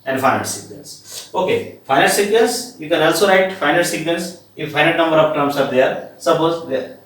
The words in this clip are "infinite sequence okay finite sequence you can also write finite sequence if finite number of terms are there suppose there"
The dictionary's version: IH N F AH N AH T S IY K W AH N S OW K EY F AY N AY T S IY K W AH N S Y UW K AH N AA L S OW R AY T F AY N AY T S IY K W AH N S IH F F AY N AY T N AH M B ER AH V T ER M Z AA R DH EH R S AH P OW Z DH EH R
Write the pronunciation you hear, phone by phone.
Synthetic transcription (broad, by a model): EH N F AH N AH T S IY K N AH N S OW K EY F AY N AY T S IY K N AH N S Y UW K AH N AA L S OW R AY T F AY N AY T S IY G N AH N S IH F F AY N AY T N AH M B ER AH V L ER M S AA R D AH R S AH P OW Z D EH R